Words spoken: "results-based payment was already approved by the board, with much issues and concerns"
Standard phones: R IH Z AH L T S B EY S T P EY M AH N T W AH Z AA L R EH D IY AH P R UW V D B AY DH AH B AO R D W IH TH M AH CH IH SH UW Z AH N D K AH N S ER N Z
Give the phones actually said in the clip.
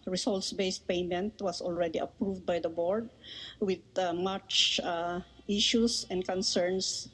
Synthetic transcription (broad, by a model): R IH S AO L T S B EY S T P EY M AH N T W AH S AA L R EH D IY AH P R UW V D B AY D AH B AO R D W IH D M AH CH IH SH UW S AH N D K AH N S ER N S